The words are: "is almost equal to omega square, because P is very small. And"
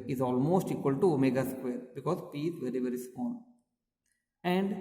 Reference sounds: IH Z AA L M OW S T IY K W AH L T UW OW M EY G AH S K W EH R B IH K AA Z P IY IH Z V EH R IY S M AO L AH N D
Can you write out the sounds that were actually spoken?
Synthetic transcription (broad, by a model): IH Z AA L M OW S T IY K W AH L T UW M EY G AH S K W EH R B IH K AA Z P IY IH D V EH R IY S AO N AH N D